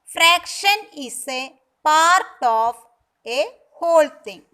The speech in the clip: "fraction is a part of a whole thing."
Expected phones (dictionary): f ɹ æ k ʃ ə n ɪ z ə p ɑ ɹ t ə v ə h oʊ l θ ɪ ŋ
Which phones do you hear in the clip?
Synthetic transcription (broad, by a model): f ɹ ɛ k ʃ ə n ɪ s ə p ɑ ɹ t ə p ə h oʊ l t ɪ ŋ